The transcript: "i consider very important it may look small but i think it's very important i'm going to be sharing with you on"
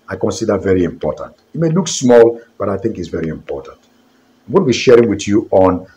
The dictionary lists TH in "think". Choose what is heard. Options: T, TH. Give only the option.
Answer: TH